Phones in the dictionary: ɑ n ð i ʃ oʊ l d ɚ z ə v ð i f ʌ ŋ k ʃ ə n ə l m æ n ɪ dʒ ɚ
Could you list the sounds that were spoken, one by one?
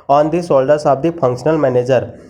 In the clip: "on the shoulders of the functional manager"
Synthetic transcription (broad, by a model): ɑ n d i s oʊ l d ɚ s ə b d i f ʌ ŋ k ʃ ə n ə l m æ n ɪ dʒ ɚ